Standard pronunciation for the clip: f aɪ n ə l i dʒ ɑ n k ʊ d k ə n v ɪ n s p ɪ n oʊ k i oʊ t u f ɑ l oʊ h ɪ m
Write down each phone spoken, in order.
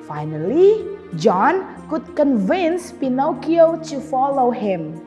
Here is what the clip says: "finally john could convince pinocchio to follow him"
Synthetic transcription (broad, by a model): f aɪ n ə l i dʒ ɑ n k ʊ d k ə n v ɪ n s p ɪ n oʊ k i oʊ t u f ɑ l oʊ h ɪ m